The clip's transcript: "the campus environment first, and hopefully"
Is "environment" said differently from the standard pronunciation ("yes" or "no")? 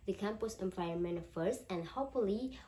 yes